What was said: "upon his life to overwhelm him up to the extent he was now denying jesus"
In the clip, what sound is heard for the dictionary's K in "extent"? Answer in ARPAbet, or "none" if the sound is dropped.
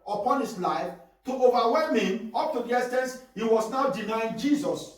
none